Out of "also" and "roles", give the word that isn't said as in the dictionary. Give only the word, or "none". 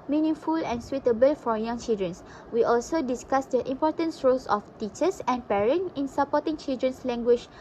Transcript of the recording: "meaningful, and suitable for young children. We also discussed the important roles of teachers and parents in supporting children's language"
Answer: roles